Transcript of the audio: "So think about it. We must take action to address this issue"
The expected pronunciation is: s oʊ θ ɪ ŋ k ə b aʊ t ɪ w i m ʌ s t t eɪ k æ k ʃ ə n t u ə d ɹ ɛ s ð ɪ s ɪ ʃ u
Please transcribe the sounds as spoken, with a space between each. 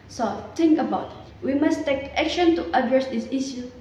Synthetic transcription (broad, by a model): s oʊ t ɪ ŋ k ə b aʊ t w i m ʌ s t t eɪ k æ k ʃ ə n t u ə d ɹ ɛ s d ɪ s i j u